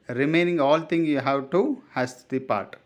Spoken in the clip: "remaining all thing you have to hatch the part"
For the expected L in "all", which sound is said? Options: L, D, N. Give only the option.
L